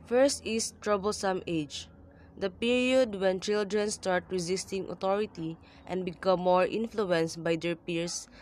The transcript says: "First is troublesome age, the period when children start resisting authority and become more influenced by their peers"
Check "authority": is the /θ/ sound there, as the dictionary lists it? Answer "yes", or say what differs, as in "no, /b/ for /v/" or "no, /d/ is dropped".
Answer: no, /t/ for /θ/